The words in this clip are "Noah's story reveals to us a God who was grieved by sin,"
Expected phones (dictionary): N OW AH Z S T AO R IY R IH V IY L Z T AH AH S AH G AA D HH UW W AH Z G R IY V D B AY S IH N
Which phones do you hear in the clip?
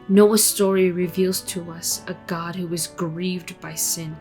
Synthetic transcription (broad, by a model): N OW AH S T AO R IY R IH V IY L Z T AH AH S AH G AA D HH UW W AH Z G R IY V D B AY S IH N